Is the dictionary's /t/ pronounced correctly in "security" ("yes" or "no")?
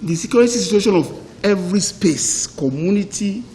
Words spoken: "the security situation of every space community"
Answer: no